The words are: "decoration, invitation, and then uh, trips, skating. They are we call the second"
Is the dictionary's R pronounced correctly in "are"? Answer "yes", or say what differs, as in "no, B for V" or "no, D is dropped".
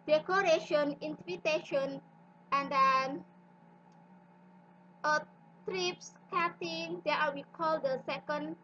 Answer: no, L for R